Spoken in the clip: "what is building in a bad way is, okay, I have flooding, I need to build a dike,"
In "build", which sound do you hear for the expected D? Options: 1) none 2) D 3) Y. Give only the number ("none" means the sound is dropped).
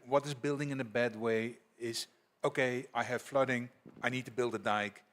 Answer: 2